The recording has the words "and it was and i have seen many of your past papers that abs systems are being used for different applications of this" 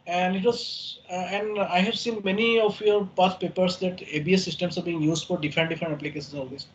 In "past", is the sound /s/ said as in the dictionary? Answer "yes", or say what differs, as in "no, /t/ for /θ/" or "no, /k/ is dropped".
no, /s/ is dropped